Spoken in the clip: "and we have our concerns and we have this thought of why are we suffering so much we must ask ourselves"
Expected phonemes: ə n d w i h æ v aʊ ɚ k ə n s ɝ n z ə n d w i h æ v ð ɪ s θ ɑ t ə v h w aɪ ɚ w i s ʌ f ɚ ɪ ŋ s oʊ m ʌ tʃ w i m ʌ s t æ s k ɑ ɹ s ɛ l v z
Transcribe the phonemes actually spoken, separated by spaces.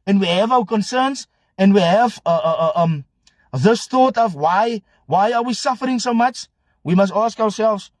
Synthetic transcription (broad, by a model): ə n w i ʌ v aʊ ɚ k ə n s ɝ n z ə n w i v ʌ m ð ɪ s θ ɑ t ə v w w aɪ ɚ w i s ʌ f ɚ ɪ ŋ s oʊ m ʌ tʃ w i m ʌ s t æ s k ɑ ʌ s ɛ l v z